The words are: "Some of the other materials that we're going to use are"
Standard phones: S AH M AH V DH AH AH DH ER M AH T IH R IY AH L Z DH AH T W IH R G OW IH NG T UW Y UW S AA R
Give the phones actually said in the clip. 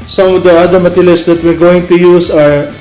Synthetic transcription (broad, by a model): S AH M AH V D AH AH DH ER M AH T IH L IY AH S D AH T W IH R G OW IH NG T UW Y UW S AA R